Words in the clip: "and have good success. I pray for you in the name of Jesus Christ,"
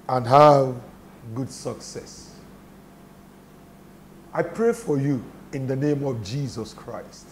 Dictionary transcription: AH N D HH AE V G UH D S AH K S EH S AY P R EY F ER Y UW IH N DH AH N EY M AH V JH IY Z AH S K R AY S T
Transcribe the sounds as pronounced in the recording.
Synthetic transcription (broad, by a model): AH N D HH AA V G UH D S AH K S EH S AY P R EY F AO Y UW IH N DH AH N EY M AH V JH IY Z AH S K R AY S T